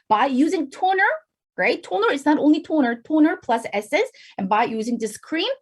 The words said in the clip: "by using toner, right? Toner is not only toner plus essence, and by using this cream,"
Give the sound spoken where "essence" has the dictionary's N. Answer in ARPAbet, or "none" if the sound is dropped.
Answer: none